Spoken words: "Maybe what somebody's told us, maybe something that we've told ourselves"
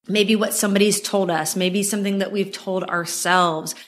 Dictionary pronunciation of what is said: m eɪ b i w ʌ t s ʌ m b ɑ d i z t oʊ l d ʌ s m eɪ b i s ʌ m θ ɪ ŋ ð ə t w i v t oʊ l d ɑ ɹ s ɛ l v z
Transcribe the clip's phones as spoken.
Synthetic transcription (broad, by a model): m eɪ b i w ʌ t s ʌ m b ɑ d i z t oʊ l d ʌ s m eɪ b i s ʌ m θ ɪ ŋ ð ə t w i v t oʊ l d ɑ ɹ s ɛ l v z